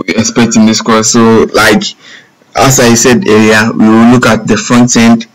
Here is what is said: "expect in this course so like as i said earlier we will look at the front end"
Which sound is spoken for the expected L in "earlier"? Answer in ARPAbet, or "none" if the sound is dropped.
none